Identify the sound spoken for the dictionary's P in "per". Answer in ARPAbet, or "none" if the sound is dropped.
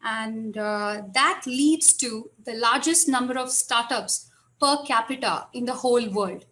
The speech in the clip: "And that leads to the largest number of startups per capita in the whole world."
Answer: P